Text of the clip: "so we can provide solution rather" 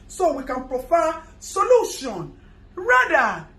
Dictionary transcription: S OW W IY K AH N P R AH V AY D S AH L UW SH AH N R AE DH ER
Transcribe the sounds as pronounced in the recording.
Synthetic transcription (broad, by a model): S OW W IY K AH N P R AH F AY S AH L UW SH AH N R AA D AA